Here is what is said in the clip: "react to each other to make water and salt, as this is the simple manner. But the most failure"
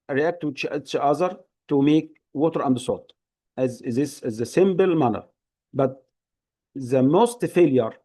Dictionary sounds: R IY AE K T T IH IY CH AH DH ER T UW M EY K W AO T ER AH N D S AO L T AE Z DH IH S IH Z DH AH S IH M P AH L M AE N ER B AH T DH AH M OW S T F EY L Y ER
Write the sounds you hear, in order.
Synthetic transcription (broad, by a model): R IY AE K T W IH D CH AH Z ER T UW M EY K W AO T ER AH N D S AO T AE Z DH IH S IH Z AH S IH M B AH L M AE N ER B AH T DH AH M OW S T F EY L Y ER